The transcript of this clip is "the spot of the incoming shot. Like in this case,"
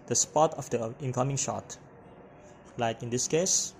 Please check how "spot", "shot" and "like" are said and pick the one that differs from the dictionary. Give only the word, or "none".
none